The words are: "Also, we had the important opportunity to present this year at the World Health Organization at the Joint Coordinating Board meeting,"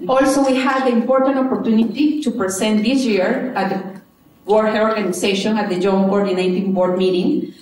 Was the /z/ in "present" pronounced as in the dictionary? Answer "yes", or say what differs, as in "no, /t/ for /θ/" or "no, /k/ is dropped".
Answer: no, /s/ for /z/